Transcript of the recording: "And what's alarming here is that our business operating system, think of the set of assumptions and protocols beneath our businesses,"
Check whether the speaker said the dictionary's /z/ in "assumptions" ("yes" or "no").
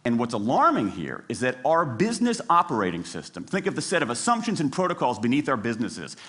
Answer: yes